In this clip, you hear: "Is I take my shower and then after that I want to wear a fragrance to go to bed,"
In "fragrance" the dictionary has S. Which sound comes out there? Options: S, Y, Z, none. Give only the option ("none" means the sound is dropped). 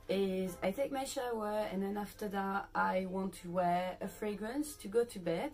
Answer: S